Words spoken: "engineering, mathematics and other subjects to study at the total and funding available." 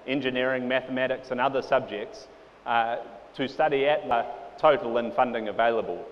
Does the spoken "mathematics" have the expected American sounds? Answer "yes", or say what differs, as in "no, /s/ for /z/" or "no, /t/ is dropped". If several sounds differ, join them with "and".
yes